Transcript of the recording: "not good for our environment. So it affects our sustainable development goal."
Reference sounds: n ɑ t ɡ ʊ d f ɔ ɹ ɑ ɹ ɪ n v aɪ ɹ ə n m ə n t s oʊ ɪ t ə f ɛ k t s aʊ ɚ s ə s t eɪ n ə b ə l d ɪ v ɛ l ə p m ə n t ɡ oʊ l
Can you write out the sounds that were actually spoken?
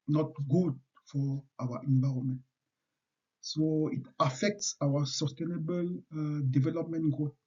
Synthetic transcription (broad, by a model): n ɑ t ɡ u d f ɔ w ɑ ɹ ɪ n v aɪ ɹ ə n m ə n t s oʊ ɪ t ə f ɛ k t s aʊ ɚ s ə s t eɪ n ə b ə l d ɪ v ɛ l ə p m ə n t ɡ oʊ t